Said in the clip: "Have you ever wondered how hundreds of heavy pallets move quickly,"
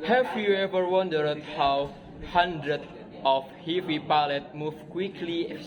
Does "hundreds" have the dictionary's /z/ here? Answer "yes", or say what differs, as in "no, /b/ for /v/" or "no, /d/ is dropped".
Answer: no, /z/ is dropped